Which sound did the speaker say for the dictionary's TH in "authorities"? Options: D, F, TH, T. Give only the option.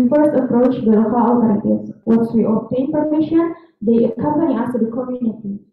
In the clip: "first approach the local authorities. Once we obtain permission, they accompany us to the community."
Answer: T